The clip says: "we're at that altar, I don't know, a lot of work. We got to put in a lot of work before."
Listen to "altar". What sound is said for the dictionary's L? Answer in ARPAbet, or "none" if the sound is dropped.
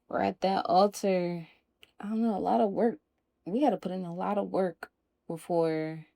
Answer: L